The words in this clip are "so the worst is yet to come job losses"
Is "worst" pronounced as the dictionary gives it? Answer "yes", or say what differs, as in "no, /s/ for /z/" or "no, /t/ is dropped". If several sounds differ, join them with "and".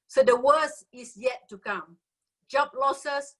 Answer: no, /t/ is dropped